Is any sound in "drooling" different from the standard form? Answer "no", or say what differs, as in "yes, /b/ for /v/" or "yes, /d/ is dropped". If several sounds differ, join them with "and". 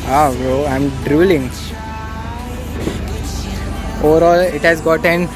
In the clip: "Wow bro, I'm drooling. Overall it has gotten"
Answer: no